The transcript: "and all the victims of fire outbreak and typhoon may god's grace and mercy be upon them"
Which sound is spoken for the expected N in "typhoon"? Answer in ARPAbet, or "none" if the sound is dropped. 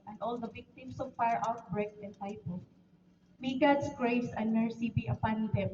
L